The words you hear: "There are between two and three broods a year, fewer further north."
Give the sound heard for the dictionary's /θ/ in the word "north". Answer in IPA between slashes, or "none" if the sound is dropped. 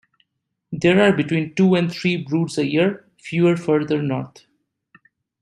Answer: /t/